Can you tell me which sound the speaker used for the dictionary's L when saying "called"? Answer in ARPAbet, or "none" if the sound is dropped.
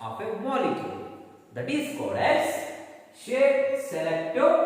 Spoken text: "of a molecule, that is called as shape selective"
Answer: none